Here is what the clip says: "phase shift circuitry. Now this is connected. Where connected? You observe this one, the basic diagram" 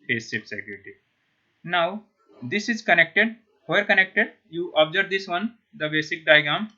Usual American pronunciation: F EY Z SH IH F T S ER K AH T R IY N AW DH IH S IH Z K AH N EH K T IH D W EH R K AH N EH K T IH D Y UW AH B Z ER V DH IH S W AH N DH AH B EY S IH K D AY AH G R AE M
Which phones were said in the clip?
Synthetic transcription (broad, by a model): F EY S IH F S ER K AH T IY N AW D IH S IH Z K AH N EH K T IH D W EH R K AH N EH K T IH D Y UW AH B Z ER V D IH S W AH N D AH B EY S IH K D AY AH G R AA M